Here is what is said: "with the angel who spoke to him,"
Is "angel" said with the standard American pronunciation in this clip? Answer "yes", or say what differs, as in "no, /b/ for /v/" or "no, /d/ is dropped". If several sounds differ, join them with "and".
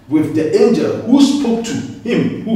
yes